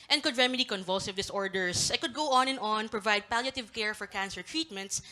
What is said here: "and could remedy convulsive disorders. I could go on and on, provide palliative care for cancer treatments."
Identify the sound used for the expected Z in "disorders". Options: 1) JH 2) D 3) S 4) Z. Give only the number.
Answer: 3